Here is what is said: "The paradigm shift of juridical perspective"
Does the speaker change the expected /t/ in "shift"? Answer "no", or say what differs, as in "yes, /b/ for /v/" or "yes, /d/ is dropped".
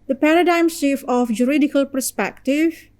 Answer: yes, /t/ is dropped